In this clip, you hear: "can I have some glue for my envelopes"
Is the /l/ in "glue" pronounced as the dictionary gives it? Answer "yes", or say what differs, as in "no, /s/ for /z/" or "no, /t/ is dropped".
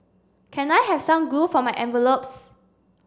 no, /l/ is dropped